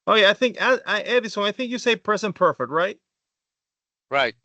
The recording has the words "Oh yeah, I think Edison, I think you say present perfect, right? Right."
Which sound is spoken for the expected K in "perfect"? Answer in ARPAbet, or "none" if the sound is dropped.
K